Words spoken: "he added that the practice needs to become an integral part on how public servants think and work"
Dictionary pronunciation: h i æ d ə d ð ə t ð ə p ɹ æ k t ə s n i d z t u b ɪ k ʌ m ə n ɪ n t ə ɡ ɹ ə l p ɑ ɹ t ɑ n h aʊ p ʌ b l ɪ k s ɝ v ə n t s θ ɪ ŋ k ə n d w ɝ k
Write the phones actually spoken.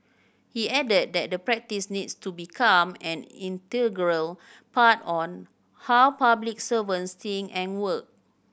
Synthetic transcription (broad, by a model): h i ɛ d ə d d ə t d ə p ɹ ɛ k t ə s n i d s t u b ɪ k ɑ m ə n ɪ n t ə ɡ ɹ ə l p ɑ t ɑ n h aʊ p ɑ b l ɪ k s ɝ v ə n s t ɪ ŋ ə n w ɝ k